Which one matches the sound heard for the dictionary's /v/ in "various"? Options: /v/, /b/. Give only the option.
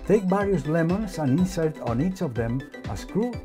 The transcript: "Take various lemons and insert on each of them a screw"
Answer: /b/